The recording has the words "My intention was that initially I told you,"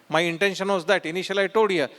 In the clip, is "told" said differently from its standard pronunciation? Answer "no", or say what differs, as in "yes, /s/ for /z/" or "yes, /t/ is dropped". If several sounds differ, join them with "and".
yes, /l/ is dropped